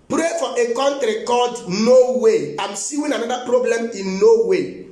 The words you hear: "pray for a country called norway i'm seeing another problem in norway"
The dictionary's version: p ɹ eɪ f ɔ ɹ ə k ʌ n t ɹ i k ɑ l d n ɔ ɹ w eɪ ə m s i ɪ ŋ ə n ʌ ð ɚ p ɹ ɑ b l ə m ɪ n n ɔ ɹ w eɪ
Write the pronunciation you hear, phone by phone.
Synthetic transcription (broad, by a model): p ɹ eɪ f ɔ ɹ ə k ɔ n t ɹ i k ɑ d n ɔ w eɪ ə m s i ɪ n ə n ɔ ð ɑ p ɹ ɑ b l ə m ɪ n n ɔ w eɪ